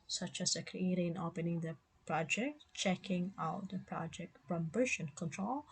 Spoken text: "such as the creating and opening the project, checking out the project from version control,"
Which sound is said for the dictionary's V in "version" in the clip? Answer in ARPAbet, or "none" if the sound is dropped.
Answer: B